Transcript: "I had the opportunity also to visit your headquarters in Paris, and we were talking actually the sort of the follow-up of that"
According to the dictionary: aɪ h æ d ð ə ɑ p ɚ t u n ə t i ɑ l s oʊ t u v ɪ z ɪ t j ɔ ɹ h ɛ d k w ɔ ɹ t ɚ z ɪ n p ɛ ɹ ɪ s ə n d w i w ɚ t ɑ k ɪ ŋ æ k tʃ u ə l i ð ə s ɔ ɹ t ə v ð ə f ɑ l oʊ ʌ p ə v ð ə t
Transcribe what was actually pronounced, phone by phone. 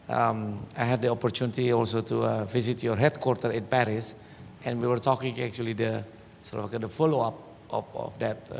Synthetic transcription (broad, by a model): aɪ h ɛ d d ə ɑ p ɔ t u n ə t i ɑ l s oʊ t u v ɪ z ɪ t j ɔ ɹ h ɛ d k w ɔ ɹ t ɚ ɪ n p ɛ ɹ ɪ s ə n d w i w ɚ t ɑ k ɪ ŋ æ k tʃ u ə l i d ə s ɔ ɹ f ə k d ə f ɑ l oʊ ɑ p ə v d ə t